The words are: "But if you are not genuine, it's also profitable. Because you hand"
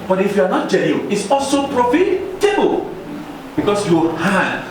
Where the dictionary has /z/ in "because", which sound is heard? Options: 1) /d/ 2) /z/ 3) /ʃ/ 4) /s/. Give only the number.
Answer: 4